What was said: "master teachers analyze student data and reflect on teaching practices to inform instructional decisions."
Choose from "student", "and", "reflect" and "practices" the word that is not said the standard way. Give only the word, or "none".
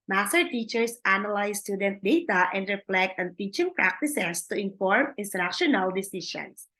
practices